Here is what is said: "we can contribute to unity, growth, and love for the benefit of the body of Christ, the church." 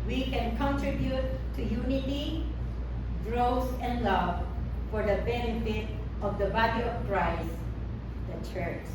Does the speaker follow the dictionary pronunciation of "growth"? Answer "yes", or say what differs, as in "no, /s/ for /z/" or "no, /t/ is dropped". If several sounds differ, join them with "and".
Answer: no, /s/ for /θ/